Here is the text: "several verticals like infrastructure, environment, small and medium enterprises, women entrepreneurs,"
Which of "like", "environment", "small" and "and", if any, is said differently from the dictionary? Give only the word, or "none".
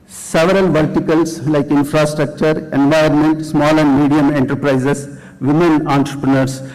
environment